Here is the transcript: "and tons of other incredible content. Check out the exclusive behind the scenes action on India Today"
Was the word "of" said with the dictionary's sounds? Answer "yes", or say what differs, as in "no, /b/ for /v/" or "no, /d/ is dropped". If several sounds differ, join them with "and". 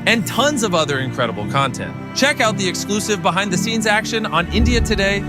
yes